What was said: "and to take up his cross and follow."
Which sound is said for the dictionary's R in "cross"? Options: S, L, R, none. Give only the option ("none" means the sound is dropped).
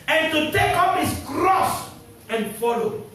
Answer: R